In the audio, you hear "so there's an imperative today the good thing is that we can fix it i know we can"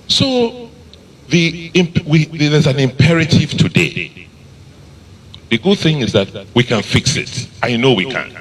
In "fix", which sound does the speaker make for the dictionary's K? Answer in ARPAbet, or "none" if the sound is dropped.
K